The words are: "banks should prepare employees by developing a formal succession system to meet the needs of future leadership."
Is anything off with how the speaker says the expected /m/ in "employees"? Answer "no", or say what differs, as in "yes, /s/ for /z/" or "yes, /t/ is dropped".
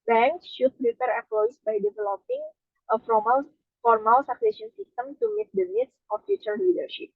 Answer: yes, /m/ is dropped